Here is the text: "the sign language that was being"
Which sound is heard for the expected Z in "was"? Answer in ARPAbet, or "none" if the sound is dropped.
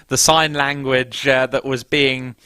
Z